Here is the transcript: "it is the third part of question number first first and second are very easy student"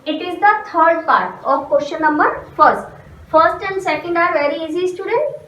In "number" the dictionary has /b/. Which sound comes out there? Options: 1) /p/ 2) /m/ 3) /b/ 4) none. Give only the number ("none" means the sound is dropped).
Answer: 3